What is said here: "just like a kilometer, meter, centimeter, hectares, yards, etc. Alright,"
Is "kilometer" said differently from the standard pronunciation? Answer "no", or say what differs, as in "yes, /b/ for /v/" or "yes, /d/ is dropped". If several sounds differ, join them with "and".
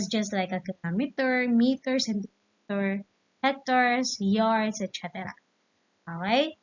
yes, /n/ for /l/